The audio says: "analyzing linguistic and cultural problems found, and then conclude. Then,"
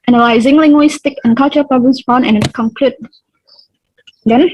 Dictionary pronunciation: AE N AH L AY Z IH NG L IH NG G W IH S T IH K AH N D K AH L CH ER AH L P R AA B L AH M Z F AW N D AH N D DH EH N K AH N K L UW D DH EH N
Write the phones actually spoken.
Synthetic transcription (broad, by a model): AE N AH L AY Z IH NG L IH NG G W IH S T IH K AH N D K AH L CH ER AH L P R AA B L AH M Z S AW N AH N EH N K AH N K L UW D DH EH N